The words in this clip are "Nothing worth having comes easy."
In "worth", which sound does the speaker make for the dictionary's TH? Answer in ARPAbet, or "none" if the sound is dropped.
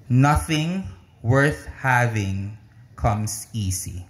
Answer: TH